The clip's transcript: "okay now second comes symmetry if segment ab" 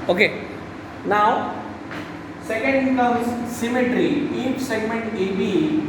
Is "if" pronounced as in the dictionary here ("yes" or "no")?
no